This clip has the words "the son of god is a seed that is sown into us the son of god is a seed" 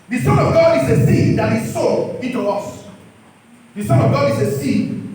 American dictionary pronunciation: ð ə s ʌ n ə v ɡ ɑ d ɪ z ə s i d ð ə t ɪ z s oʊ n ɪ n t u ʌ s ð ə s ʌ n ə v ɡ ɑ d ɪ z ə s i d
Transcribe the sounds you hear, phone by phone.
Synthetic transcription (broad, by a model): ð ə s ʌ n ə v ɡ ɑ d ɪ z ə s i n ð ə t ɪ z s oʊ ɪ n t u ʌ s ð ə s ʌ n ə v ɡ ɑ d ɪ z ə s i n